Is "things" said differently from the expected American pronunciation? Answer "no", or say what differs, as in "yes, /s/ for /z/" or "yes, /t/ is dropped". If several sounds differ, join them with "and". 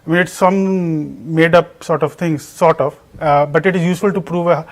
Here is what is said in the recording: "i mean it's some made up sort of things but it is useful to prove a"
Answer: yes, /t/ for /θ/